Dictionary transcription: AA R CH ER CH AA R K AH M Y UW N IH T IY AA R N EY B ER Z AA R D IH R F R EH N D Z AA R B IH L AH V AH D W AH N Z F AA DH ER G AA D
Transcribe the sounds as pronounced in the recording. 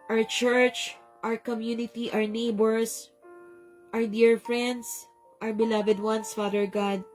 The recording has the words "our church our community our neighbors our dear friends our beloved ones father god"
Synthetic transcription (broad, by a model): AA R CH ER CH AA R K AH M Y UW N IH T IY AA R N EY B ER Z AA R D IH R F R EH N D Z AA R B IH L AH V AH D W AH N S F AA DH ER G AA D